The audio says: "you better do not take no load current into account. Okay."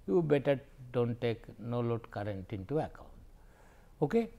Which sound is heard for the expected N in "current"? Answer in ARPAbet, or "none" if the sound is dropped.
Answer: N